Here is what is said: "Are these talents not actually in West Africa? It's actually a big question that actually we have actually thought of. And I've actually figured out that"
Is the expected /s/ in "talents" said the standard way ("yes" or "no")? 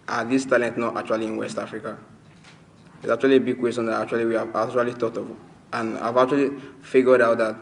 no